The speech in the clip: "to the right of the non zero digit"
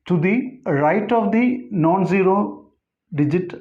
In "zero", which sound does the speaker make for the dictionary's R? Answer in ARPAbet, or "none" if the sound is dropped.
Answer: R